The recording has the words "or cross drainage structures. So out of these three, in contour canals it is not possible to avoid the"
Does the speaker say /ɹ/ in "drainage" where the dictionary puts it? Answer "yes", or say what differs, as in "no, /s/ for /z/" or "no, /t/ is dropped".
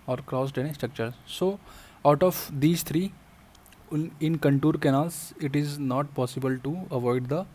no, /ɹ/ is dropped